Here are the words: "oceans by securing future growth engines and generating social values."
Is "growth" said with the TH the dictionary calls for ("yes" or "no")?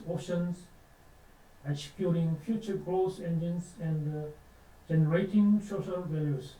no